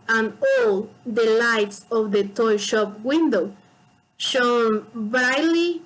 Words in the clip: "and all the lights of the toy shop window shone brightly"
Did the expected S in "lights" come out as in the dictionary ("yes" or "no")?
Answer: yes